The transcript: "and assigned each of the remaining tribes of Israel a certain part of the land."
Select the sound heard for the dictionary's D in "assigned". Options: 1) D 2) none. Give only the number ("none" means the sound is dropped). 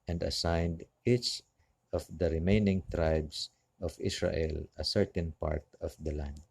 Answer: 1